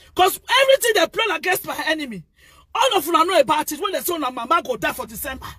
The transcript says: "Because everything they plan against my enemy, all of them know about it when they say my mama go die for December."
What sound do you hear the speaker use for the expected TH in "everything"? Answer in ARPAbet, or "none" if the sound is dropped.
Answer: T